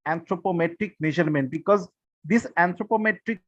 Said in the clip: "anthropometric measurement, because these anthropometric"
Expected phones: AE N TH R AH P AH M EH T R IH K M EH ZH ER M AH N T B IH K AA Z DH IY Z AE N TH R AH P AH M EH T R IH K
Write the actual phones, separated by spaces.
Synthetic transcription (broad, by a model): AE N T R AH P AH M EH T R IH K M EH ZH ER M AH N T B IH K AA Z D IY S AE N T R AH P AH M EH T R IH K